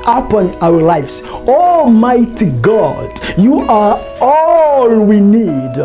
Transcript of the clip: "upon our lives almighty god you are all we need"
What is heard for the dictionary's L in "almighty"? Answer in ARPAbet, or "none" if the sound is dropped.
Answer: none